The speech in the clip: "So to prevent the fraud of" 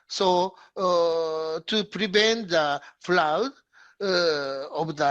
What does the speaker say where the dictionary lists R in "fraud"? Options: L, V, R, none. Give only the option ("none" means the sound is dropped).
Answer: L